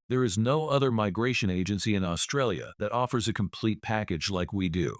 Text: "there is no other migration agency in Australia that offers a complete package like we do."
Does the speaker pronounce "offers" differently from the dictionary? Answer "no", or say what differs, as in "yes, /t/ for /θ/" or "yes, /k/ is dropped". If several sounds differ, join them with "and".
no